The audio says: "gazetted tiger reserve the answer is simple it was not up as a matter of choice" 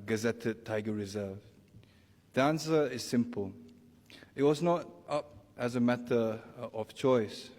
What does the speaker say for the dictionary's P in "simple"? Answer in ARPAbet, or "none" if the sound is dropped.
P